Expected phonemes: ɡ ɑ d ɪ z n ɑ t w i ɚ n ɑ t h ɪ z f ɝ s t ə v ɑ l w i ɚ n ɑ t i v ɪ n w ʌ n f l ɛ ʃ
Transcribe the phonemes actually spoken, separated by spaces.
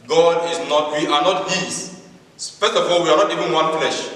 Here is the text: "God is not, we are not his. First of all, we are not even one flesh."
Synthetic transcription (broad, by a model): ɡ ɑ d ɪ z n ɑ t w i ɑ n ɑ t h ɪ s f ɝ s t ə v ɑ l w i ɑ n ɑ t i v ɪ n w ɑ n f l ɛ ʃ